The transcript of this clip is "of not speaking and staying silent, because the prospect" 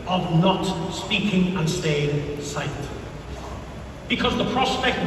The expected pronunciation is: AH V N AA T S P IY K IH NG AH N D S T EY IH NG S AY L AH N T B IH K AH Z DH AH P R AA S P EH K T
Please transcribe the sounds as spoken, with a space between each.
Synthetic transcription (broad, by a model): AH V N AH T S P IY K IH NG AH N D S T EY IH NG S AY AH T B IH K AH Z DH AH P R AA S P EH K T